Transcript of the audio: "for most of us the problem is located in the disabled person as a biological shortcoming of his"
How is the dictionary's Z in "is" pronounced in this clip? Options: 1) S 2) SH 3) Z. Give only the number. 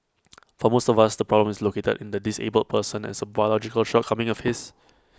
1